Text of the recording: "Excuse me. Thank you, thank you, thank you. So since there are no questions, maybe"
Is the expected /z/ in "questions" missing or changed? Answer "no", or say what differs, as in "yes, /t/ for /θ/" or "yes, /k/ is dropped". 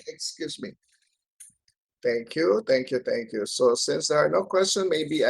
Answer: yes, /z/ is dropped